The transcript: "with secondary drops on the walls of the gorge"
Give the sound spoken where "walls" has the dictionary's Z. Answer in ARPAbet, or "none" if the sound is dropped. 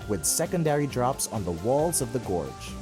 Z